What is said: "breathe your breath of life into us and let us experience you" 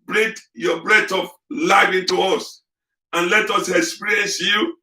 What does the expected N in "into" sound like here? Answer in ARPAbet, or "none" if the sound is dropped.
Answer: N